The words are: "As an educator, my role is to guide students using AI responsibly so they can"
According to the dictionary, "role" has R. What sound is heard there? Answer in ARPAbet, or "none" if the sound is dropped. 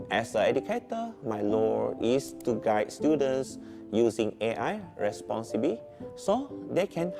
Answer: L